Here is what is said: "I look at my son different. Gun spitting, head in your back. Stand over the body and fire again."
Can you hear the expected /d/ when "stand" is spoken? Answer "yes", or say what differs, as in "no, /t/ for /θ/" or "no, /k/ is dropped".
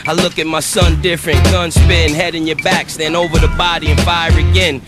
no, /d/ is dropped